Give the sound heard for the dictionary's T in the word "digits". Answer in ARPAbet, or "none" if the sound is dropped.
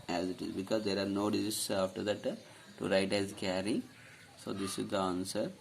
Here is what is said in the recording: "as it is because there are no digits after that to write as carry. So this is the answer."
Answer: S